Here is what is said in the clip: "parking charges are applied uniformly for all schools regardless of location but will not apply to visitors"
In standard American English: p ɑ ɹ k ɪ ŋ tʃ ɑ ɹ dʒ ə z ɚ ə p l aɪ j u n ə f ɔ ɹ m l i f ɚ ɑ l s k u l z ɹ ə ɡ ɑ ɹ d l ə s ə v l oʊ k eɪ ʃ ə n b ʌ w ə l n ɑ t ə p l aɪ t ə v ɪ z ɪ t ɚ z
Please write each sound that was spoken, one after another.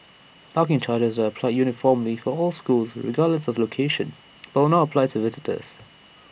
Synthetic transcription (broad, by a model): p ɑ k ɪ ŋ tʃ ɑ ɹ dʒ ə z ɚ ə p l aɪ j u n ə f ɔ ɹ m l i f ɚ ɑ l s k u l z ɹ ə ɡ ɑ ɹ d l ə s ə v l oʊ k eɪ ʃ ə n b ʌ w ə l n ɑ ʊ ə p l aɪ t ə v ɪ z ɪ t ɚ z